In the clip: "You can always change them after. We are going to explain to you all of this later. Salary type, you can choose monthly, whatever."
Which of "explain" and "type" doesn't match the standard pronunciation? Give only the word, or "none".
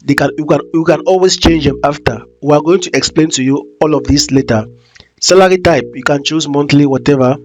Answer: none